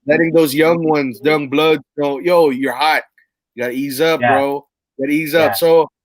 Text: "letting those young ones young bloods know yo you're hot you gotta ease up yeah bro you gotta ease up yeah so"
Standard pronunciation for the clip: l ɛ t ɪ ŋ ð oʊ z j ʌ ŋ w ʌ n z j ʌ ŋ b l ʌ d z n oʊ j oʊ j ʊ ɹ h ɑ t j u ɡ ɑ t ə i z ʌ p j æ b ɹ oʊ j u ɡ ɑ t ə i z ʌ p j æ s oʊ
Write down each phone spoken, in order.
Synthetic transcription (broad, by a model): l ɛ t ɪ ŋ ð oʊ z j ʌ ŋ w ʌ n z j ʌ ŋ b l ʌ d z n oʊ j oʊ j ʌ ɹ h ɑ t j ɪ ɡ ɑ t ə i z ʌ p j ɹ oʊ j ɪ ɡ ɑ t ə i z ʌ p s oʊ